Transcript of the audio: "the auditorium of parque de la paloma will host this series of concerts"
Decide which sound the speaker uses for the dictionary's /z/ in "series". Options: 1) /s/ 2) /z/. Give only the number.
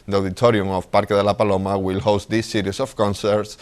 1